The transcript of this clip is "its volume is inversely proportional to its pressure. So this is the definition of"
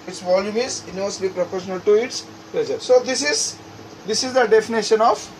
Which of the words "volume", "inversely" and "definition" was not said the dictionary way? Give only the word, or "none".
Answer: inversely